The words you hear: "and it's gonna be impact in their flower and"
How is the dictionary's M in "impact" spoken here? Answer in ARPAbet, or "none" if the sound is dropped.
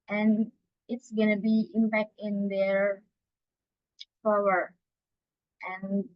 M